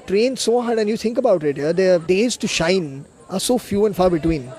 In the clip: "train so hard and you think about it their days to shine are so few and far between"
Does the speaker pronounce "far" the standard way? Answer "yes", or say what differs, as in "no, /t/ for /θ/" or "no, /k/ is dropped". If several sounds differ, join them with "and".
yes